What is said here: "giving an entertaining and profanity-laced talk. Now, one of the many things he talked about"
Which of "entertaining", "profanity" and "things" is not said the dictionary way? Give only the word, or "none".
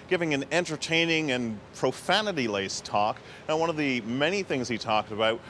none